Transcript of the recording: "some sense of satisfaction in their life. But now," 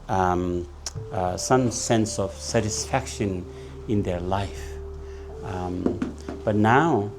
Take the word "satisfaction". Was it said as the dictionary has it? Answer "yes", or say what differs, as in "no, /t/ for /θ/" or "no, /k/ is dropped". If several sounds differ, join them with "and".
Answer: yes